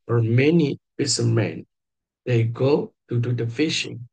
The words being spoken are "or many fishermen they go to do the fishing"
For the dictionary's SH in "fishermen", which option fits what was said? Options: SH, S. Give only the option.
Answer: S